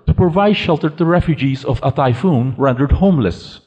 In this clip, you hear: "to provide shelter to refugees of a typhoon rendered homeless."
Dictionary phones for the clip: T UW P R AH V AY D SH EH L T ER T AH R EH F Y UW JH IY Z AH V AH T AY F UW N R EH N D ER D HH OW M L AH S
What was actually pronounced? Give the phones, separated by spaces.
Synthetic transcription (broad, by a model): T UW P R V AY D SH EH L T ER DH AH R EH F Y UW JH IY Z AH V AH T AY F UW N R EH N D ER D HH OW M L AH S